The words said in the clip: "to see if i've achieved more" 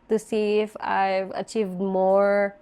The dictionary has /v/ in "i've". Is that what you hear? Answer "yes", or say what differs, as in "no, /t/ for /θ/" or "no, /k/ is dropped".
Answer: yes